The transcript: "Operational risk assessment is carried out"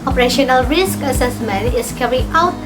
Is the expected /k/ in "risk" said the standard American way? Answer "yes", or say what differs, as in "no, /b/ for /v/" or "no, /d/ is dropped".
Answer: yes